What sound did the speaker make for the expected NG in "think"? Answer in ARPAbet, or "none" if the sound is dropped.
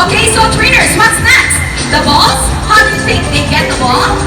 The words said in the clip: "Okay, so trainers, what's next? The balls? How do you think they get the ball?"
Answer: none